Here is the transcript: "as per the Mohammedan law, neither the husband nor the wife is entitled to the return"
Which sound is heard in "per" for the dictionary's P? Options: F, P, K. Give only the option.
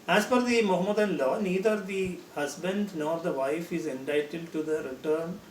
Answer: F